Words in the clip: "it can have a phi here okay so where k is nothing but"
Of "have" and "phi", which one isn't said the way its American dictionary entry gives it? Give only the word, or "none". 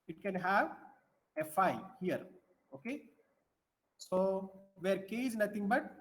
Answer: none